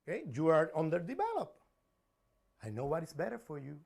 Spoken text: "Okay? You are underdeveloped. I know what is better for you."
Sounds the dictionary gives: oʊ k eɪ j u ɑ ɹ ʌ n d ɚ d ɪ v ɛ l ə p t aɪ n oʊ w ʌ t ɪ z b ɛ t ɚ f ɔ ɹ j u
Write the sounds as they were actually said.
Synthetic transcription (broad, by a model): k eɪ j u ɑ ɹ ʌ n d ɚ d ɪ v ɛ l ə p aɪ n oʊ w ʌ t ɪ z b ɛ t ɚ f ɔ ɹ j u